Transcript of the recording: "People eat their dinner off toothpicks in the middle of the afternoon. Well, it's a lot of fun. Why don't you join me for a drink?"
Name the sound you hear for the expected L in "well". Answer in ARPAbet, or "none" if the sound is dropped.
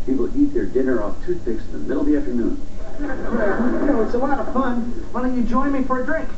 W